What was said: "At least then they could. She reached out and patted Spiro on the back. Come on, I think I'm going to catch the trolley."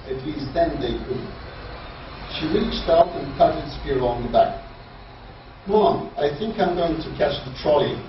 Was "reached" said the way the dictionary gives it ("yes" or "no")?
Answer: yes